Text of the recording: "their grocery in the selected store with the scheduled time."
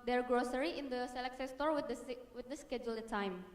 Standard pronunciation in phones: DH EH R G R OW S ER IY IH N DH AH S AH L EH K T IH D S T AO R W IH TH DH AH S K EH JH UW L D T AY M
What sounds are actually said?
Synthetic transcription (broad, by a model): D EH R G R OW S ER IY IH N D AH S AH L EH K S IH S T AO R W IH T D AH S K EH JH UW L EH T AY M